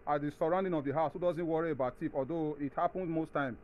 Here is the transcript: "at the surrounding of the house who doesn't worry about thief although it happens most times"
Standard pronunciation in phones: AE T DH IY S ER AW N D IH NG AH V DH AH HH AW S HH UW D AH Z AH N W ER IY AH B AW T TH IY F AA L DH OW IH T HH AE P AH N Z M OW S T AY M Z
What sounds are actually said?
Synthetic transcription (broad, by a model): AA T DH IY S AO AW N D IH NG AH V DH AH HH AW S HH UW D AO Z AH N W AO IY AH B AW T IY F AA L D OW IH T HH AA P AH N S M OW S T AY M